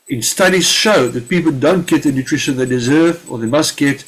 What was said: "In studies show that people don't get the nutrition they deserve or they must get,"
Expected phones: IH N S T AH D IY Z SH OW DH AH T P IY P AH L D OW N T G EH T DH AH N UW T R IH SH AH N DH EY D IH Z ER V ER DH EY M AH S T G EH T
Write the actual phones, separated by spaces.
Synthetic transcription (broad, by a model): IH N S T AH D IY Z SH OW DH AH T P IY P AH L D OW N T G EH T DH AH N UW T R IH SH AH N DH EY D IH Z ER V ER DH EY M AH S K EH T